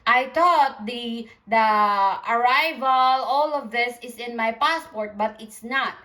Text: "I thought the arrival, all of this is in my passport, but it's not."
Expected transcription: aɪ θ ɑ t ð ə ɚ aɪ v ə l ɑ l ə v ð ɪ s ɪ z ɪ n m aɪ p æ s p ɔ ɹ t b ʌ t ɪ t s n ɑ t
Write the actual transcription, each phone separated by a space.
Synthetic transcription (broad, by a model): aɪ t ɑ t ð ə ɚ aɪ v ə l ɑ l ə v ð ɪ s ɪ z ɪ n m aɪ p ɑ s p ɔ ɹ t b ʌ t ɪ t s n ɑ t